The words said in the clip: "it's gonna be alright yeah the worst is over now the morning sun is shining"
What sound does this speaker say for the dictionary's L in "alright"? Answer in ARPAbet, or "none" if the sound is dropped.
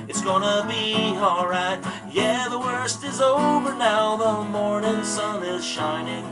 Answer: none